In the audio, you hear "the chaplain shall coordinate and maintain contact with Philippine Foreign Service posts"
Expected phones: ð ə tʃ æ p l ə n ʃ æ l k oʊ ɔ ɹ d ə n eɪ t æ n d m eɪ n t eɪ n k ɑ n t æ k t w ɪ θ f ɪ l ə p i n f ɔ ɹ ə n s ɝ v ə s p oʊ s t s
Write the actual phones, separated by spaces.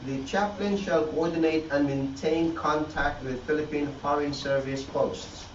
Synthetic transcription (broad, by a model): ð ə tʃ æ p l ə n ʃ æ l k oʊ ɔ ɹ d ə n eɪ t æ n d m eɪ n t eɪ n k ɑ n t æ k t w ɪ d f ɪ l ə p i n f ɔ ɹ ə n s ɝ v ə s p oʊ s t s